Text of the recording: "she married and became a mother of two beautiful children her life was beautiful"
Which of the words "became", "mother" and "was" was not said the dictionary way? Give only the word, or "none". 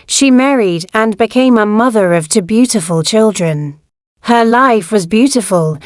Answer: none